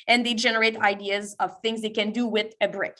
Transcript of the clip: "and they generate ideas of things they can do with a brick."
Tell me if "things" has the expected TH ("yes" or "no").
yes